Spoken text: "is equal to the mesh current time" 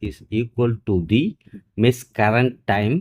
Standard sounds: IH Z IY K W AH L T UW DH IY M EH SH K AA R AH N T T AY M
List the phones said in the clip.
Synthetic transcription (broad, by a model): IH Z IY K W AH L T UW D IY M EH S K AA R AH N T T AY M